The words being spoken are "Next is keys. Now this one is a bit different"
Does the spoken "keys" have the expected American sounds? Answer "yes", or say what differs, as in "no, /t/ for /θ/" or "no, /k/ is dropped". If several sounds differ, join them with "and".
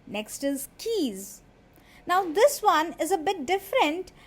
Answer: yes